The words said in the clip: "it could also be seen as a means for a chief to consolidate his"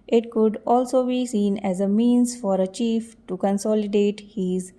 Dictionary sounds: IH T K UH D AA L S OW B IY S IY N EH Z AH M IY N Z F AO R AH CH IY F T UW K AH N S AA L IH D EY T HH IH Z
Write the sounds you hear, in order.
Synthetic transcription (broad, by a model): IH T K UH D AA L S OW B IY S IY N EH Z AH M IY N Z F AO R AH CH IY F T UW K AH N S AA L IH D EY T HH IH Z